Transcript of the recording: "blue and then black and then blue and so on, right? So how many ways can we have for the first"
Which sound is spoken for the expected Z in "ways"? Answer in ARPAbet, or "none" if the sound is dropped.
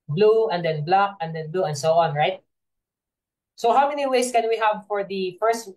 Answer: S